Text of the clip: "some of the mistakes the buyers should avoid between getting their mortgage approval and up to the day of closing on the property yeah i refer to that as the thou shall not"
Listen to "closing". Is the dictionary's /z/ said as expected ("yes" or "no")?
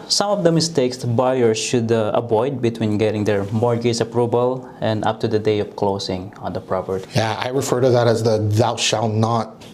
no